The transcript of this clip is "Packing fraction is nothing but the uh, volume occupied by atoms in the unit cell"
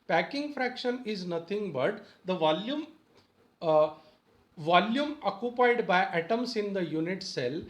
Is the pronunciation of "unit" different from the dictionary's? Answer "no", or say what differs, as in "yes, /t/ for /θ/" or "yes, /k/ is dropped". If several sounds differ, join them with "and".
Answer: no